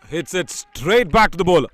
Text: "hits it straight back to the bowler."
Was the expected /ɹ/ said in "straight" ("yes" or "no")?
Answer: yes